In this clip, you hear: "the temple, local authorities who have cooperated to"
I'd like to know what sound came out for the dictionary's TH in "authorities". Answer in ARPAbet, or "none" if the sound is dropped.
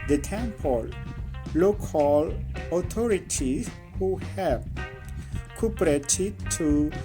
T